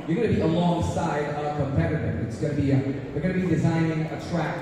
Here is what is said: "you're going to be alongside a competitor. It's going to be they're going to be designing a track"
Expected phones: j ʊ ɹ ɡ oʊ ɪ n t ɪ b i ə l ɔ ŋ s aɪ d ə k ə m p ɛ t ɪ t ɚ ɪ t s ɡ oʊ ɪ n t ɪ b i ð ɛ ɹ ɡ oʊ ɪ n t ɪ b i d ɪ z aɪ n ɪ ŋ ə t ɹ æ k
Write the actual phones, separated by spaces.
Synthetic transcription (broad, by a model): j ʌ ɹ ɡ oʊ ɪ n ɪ b i ə l ɔ ŋ s aɪ d ə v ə p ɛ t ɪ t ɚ ɪ t s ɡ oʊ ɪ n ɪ b i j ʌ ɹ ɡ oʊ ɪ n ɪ b i d ɪ z aɪ n ɪ ŋ ə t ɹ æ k